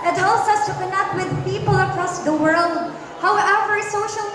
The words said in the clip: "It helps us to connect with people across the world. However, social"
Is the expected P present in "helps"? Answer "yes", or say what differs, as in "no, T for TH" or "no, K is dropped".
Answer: no, P is dropped